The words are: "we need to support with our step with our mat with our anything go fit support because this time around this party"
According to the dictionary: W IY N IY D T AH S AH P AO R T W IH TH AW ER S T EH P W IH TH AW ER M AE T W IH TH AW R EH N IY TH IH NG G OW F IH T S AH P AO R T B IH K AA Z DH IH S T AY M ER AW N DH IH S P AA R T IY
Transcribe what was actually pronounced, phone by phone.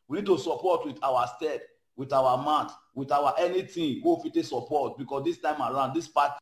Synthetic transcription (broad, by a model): W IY N IY D T AH S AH P AO T W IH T AW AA S T EH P W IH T AW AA M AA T W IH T AW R EH N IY T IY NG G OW F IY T S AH P AO T B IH K AA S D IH S T AY M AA AW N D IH S P AA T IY